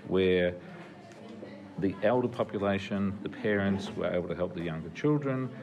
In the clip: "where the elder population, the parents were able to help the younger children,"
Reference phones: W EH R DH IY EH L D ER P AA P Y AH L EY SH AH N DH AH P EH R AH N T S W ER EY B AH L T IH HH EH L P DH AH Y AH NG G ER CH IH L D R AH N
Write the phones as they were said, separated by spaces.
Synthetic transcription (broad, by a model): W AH R DH IY EH L D ER P AA P Y AH L EY SH AH N DH AH P EH R AH N T S W ER EY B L T IH HH EH L P DH AH Y AH NG G ER CH IH L D R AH N